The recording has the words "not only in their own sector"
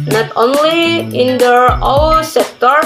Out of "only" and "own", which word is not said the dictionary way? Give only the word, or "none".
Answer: own